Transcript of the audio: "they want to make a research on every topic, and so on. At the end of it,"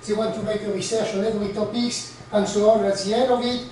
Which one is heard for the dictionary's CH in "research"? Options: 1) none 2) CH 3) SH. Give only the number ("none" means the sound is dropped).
3